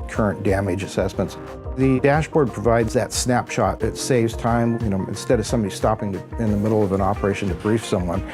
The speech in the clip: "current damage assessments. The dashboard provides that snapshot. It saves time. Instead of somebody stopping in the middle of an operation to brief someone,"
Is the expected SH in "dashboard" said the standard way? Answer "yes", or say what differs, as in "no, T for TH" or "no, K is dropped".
yes